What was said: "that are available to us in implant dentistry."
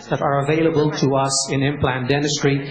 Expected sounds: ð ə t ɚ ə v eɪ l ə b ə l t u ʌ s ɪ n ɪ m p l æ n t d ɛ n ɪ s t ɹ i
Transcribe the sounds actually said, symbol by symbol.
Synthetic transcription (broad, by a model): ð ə t ɚ ə v eɪ l ə b ə l t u ʌ s ɪ n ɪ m p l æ n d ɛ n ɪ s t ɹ i